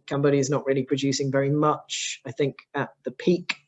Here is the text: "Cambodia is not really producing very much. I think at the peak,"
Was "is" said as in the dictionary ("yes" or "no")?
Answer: yes